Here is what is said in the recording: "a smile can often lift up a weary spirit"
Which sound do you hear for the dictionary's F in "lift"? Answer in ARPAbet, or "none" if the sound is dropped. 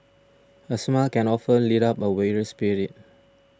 none